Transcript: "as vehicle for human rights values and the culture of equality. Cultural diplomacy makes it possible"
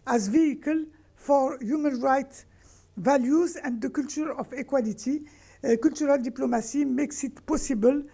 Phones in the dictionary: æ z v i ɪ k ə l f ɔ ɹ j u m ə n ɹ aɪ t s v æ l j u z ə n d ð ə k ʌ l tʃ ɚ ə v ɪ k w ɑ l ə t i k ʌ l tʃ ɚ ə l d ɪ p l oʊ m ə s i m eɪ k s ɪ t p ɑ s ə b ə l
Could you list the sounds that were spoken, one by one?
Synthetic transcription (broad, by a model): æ z v i ɪ k ə l f ɔ ɹ j u m ə n ɹ aɪ t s v æ l j u z ə n d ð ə k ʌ l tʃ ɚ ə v ɪ k w ɑ l ə t i k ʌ l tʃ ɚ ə l d ɪ p l oʊ m ə s i m eɪ k s ɪ t p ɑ s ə b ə l